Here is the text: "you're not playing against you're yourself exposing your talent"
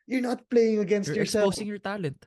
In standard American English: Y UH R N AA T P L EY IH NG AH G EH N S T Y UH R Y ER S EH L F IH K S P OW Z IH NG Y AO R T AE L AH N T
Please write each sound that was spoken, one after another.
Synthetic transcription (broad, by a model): Y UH R N AA T P L EY IH NG AH G EH N S T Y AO R S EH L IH S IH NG Y AO R T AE L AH N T